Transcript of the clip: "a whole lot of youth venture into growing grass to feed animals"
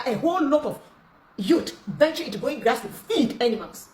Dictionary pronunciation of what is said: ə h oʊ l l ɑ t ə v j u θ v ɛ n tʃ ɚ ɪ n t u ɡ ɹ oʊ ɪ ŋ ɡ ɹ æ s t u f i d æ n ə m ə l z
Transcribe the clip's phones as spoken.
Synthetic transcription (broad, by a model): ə h oʊ l l ɑ t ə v j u t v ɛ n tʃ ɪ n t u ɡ oʊ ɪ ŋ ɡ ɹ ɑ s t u f i d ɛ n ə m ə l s